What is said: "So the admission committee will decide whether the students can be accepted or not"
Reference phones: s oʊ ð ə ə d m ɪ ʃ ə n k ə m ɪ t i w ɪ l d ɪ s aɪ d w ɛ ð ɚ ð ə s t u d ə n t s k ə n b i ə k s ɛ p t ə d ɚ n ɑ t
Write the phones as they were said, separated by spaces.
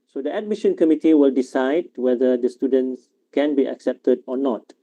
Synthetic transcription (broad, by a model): s oʊ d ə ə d m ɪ ʃ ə n k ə m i t i w ɪ l d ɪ s aɪ d w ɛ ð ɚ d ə s t u d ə n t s k ə n b i ə k s ɛ p t ə d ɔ n ɑ t